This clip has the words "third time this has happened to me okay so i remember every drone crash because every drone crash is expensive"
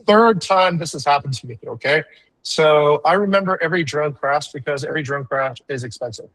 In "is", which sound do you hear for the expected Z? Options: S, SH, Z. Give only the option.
Z